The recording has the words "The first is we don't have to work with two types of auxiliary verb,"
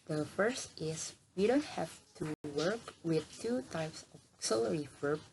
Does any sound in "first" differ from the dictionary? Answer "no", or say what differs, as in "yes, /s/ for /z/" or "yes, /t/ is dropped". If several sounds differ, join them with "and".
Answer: no